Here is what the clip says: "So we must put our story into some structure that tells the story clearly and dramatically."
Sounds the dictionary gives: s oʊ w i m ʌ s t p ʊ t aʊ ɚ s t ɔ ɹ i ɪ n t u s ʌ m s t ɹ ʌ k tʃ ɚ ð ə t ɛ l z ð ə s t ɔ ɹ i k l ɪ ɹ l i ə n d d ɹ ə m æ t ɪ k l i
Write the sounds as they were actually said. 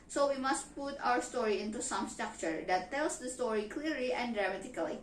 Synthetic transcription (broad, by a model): s oʊ w i m ʌ s t p ʊ t aʊ ɚ s t ɔ ɹ i ɪ n t u s ʌ m s t ɹ ʌ k tʃ ɚ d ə t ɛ l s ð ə s t ɔ ɹ i k l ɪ ɹ l i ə n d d ɹ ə m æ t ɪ k l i